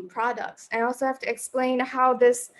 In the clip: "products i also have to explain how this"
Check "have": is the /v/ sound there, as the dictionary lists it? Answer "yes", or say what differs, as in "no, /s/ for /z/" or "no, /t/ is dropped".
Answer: no, /f/ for /v/